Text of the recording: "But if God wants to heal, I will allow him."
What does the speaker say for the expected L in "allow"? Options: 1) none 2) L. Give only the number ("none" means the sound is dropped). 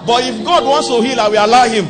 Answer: 1